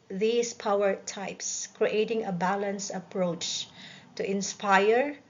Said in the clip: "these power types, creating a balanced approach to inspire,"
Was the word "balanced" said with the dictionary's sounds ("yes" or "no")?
no